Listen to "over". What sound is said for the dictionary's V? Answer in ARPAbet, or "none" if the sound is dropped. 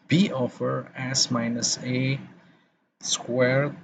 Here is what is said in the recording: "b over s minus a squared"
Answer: F